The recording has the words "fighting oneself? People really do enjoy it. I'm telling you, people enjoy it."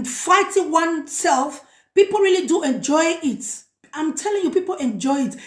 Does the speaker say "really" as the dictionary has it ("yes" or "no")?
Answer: yes